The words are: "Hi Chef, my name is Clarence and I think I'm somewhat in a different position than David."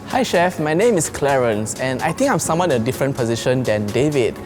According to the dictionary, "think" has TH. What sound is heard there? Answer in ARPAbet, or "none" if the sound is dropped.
T